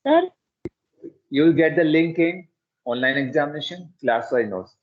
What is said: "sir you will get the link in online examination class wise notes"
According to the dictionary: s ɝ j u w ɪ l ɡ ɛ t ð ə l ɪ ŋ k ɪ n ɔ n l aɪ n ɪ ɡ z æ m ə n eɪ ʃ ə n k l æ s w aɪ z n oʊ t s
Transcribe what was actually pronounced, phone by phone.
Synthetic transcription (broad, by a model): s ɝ j u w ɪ l ɡ ɛ t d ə l ɪ ŋ k ɪ n ɔ n l aɪ n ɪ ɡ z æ m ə n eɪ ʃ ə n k l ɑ s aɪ n oʊ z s